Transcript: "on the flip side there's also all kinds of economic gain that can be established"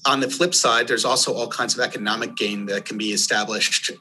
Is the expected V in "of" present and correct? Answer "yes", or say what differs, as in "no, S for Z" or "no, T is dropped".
yes